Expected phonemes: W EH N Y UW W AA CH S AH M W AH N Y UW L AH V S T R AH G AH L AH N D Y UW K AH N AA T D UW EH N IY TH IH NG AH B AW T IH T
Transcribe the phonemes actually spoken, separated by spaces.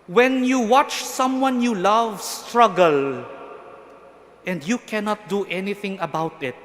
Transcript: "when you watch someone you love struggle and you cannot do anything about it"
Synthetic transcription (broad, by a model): W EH N Y UW W AA CH S AH M W AH N Y UW L AH V S T R AH G AH L AH N D Y UW K AH N AA T D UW EH N IY TH IH NG AH B AW T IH T